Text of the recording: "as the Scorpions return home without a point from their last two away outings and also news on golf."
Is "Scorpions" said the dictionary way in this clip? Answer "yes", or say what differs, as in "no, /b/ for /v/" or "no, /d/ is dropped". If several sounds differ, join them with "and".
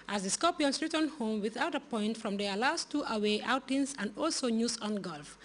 no, /s/ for /z/